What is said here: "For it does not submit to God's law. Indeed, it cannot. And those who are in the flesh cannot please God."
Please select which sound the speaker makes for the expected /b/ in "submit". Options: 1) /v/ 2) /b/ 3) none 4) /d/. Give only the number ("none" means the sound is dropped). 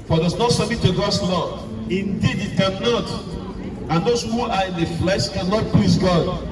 3